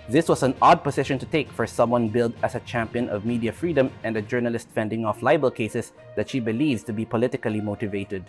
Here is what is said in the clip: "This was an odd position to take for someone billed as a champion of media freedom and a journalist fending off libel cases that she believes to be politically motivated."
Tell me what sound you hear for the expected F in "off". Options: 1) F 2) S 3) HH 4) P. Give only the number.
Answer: 1